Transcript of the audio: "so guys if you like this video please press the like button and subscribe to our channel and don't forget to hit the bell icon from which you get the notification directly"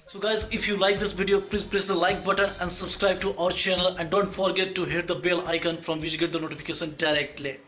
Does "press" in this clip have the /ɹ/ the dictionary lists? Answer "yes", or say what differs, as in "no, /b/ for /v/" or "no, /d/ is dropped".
no, /l/ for /ɹ/